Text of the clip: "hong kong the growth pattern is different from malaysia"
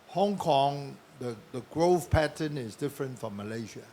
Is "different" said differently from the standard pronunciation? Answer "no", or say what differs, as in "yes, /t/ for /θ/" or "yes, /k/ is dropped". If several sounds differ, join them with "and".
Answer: no